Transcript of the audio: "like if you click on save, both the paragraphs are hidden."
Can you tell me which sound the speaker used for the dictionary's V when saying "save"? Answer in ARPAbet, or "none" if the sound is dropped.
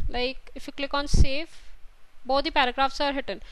F